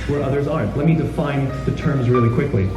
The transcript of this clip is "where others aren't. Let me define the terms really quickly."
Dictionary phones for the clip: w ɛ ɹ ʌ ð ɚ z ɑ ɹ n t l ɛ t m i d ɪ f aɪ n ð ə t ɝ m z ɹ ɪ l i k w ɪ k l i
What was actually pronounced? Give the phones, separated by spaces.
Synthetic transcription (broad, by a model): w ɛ ɹ ʌ ð ɚ z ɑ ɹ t l ɛ t m i d ɪ f aɪ n ð ə t ɝ m z ɹ ɪ l i k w ɪ k l i